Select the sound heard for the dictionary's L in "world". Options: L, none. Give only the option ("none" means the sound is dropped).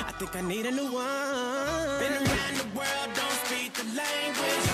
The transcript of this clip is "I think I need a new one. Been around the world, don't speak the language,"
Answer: L